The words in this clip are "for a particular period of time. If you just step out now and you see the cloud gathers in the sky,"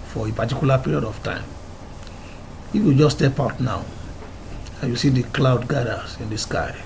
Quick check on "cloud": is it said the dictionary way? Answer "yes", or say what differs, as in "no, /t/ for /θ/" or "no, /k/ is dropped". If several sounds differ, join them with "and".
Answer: yes